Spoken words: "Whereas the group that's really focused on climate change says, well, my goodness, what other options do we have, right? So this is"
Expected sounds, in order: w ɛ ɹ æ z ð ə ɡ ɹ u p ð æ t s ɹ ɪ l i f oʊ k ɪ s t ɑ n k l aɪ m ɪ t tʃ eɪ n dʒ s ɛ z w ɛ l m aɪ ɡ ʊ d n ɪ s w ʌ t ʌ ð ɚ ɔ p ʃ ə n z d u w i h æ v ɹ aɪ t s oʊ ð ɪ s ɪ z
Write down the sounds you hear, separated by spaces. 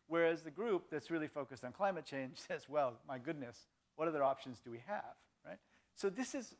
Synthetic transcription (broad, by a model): w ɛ ɹ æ z ð ə ɡ ɹ u p ð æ t s ɹ ɪ l i f oʊ k ɪ s t n k l aɪ m ɪ t tʃ eɪ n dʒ s ɛ z w ɛ l m aɪ ɡ ʊ d n ɪ s w ʌ t ʌ ð ɚ ɔ p ʃ ə n z d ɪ w i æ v ɹ aɪ t s oʊ ð ɪ s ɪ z